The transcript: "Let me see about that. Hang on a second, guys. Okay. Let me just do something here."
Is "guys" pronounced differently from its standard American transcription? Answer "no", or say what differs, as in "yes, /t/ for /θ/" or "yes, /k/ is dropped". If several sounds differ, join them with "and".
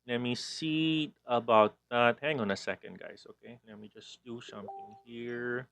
yes, /s/ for /z/